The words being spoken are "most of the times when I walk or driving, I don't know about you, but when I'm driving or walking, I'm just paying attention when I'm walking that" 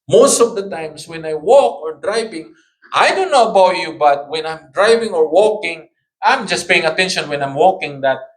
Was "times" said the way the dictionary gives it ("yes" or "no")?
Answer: no